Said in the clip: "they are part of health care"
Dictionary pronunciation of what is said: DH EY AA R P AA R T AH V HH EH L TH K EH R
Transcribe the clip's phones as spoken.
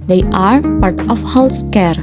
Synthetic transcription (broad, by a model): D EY AA R P AA R T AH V HH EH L S K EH R